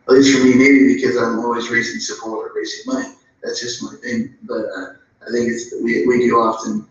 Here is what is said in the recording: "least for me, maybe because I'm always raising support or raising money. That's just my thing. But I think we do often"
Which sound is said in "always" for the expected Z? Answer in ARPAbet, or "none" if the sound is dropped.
Z